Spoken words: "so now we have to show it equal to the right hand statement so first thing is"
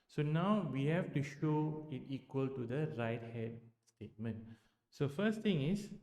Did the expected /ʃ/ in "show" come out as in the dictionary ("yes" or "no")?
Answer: yes